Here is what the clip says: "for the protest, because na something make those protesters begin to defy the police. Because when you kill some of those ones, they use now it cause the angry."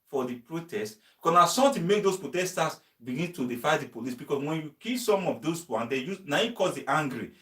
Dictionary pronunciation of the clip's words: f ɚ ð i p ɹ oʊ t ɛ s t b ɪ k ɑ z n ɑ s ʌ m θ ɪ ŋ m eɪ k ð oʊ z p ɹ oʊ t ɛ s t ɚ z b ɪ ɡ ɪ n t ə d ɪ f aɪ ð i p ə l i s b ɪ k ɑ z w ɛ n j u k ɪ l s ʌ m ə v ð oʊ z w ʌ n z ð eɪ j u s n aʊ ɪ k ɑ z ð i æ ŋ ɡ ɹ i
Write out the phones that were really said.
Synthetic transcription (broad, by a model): f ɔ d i p ɹ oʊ t ɛ s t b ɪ k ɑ s n ɑ s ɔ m t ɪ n m eɪ k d oʊ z p ɹ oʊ t ɛ s t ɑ s b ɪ ɡ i n t ə d ɪ f aɪ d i p ə l i s b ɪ k ɑ s w ɛ n j u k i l s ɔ m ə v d oʊ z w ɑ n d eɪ j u n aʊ ɪ k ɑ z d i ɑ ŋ ɡ ɹ i